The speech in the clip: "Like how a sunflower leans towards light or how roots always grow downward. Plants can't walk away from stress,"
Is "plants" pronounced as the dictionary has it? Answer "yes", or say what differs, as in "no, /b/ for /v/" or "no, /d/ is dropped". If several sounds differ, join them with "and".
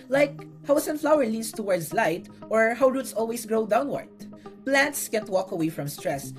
yes